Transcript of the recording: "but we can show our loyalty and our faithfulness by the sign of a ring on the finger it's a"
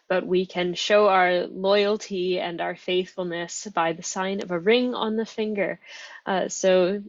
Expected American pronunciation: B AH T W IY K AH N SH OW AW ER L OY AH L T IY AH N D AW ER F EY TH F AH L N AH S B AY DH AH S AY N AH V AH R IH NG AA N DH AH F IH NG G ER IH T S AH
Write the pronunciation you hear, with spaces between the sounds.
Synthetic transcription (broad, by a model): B AH T W IY K AH N SH OW AW ER L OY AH L T IY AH N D AW ER F EY TH F L N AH S B AY DH AH S AY N AH V AH R IH NG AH N DH AH F IH NG G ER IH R S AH